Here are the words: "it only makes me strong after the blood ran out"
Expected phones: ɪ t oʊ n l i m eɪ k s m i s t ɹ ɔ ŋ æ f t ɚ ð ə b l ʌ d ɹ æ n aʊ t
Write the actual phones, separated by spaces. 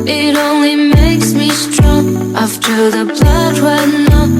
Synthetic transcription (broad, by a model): ɪ t oʊ n l i m eɪ k s m i s t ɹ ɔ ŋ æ f t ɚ ð ə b l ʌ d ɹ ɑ n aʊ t